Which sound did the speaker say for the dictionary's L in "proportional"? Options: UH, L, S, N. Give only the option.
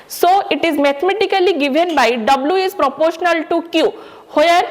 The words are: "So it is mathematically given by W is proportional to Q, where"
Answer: L